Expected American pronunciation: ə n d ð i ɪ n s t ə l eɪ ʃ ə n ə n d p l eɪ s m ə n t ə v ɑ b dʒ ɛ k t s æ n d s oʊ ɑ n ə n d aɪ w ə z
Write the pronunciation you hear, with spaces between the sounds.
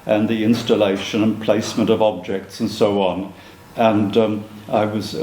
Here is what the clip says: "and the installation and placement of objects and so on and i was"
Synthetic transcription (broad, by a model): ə n ð i ɪ n s t ə l eɪ ʃ ə n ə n p l eɪ s m ə n t ə v ɑ b dʒ ɛ k t s n s oʊ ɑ n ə n aɪ w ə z